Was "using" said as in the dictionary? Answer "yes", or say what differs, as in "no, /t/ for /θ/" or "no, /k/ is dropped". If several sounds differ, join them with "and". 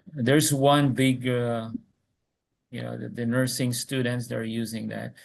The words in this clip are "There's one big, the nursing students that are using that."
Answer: yes